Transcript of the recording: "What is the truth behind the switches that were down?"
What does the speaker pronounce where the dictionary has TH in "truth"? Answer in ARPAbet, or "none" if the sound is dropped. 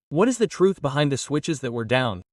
TH